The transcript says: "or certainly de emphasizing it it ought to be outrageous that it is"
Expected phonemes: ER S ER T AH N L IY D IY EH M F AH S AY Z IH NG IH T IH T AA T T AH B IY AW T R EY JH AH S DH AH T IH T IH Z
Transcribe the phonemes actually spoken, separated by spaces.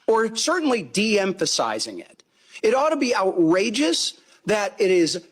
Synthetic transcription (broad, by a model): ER S ER T N L IY D IY EH M F AH S AY Z IH NG IH T IH T AA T T AH B IY AW T R EY JH AH S DH AH T IH T IH Z